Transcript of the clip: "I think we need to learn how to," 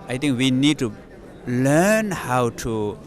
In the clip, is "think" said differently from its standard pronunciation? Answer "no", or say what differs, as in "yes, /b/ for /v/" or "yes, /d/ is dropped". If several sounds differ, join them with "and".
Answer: yes, /t/ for /θ/